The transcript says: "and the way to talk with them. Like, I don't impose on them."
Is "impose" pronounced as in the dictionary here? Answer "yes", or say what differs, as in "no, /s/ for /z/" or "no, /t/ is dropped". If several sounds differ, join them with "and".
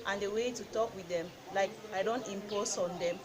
no, /s/ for /z/